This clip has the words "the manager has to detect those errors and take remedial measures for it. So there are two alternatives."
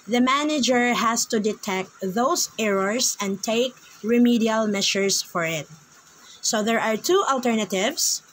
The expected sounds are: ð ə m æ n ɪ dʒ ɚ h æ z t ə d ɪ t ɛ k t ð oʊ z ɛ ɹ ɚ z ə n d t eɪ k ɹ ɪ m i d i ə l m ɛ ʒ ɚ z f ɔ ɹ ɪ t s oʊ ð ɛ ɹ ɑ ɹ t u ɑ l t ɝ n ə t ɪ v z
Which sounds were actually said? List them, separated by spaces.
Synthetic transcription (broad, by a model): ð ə m æ n ɪ dʒ ɚ h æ s t ə d ɪ t ɛ k t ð oʊ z ɛ ɹ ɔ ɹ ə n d t eɪ k ɹ ɪ m i d i ə l m ɛ ʃ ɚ s f ɔ ɹ ɪ t s oʊ ð ɛ ɹ ɑ ɹ t u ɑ l t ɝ n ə t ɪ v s